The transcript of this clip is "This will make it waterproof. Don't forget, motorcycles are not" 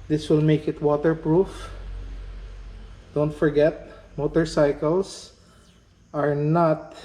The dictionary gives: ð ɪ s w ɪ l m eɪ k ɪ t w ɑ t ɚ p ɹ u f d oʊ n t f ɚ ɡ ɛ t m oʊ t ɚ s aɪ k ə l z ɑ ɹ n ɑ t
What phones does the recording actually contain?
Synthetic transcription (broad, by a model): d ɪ s w ɪ l m eɪ k ɪ t w ɑ t ɚ p ɹ u f d oʊ n t f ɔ ɡ ɛ t m oʊ t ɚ s aɪ k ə l s ɑ ɹ n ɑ t